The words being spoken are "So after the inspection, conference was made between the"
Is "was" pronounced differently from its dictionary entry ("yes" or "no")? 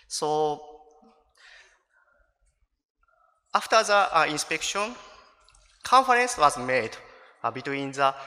no